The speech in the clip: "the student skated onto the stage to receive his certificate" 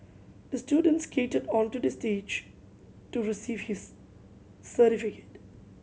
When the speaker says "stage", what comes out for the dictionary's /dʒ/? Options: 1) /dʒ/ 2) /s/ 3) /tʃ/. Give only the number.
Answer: 1